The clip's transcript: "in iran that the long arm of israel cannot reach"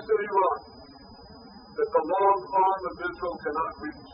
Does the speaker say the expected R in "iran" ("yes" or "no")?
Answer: no